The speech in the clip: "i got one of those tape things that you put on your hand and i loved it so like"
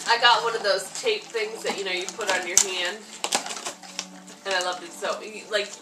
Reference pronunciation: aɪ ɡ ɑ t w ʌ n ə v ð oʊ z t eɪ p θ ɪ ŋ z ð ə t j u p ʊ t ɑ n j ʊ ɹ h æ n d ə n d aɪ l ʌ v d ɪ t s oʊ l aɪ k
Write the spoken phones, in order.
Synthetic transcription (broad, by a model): aɪ ɡ ɑ t w ʌ n ə v ð oʊ z t eɪ p θ ɪ ŋ z ð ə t j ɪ p ʊ t n j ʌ ɹ h æ n d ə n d aɪ l ʌ v d ɪ t s oʊ l aɪ k